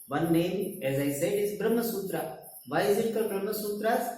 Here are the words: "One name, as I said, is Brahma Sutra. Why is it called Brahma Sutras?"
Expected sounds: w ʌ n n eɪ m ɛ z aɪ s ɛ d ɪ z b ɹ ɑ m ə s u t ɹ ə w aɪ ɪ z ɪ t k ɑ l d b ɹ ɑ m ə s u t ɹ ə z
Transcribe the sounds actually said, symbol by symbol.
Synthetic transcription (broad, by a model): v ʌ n n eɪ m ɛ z aɪ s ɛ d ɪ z b ɹ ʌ m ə s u t ɹ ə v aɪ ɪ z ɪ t k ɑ d b ɹ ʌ m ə s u t ɹ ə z